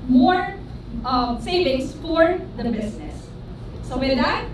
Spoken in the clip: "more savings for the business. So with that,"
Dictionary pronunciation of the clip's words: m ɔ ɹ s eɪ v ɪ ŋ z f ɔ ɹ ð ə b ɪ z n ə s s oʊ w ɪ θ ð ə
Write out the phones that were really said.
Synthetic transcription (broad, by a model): m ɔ ɹ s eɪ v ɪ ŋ s f ɔ ɹ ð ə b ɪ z n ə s s oʊ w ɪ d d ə